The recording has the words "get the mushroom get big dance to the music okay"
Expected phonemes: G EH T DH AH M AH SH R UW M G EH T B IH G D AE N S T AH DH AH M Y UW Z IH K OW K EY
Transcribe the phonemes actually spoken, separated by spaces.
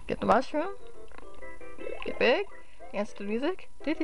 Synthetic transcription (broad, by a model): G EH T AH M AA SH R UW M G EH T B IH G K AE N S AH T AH M Y UW Z IH K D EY